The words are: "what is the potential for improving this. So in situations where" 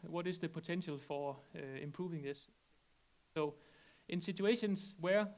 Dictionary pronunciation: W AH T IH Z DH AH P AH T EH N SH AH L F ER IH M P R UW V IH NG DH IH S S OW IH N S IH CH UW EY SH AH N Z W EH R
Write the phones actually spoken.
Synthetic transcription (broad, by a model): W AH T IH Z DH AH P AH S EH N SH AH L F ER IH M P R UW V IH NG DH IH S S OW IH N S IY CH UW EY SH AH N S W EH